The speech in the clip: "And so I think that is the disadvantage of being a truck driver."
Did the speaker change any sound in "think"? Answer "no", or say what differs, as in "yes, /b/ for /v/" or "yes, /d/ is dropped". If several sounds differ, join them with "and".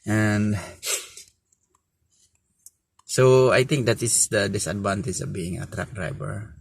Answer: yes, /t/ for /θ/